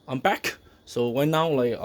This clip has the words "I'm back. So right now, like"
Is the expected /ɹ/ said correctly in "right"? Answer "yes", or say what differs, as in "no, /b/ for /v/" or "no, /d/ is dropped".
no, /w/ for /ɹ/